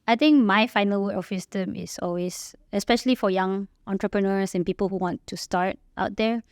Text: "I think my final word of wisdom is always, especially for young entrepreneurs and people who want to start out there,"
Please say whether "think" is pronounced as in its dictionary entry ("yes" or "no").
no